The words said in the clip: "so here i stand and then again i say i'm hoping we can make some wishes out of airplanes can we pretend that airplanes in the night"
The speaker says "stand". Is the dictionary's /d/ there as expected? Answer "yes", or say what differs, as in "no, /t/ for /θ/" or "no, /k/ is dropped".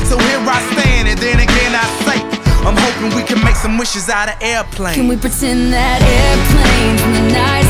no, /d/ is dropped